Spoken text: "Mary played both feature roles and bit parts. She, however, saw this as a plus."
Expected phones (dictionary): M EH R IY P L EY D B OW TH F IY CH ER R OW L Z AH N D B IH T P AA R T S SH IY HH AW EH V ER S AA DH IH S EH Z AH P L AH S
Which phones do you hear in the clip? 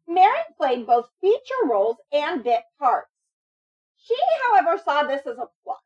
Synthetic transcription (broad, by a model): M EH R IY P L EY D B OW TH F IY CH ER R OW L Z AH N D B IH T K AA R T S SH IY HH AW EH V ER S AA DH IH S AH Z AH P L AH